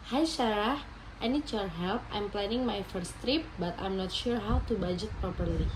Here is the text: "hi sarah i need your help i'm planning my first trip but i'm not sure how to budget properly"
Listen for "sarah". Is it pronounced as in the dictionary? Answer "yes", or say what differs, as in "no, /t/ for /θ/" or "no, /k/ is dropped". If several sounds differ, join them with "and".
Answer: no, /ʃ/ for /s/